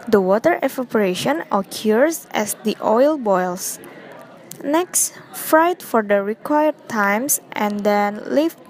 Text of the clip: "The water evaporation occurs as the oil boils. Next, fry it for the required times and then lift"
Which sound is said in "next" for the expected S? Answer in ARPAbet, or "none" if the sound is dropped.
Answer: S